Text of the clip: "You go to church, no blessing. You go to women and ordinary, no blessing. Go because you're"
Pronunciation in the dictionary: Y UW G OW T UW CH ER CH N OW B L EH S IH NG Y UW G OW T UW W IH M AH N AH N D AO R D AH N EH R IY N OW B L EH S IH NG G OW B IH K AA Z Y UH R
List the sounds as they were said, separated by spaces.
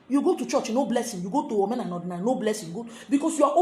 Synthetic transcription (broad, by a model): Y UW G OW T UW CH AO CH N OW B L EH S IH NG Y UW G OW T UW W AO M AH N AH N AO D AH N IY N OW B L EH S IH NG G OW B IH K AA S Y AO